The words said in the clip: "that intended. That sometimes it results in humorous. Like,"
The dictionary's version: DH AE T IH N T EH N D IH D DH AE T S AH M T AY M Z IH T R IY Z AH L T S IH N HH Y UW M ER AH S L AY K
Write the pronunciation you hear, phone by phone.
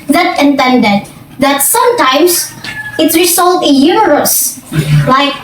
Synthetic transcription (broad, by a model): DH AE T IH N T EH N D IH D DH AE T S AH M T AY M S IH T R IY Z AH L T IH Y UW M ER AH S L AY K